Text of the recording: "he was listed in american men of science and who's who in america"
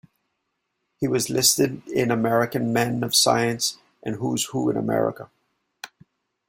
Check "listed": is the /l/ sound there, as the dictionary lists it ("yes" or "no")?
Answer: yes